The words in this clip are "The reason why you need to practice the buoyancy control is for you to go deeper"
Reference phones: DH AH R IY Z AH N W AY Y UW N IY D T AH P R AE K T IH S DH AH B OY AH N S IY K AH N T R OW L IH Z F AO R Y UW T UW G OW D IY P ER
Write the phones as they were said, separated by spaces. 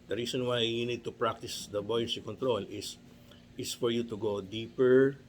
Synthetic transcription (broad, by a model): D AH R IY S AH N W AY Y UW N IY D T AH P R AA K T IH S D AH B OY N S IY K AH N T R OW L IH S F AO R Y UW T UW G OW D IY P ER